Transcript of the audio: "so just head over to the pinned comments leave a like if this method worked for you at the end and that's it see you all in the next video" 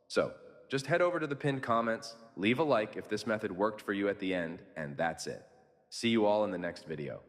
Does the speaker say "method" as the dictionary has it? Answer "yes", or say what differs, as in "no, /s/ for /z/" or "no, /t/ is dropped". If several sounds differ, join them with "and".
yes